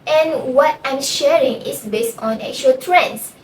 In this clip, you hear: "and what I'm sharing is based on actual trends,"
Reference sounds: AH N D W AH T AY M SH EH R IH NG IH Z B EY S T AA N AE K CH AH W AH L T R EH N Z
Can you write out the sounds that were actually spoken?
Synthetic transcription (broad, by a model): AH N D W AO T AY M SH EH R IH NG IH S B EY S T AA N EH K CH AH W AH L T R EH N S